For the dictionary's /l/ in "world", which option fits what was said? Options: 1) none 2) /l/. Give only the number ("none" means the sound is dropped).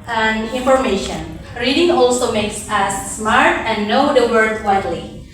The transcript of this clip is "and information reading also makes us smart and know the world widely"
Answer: 1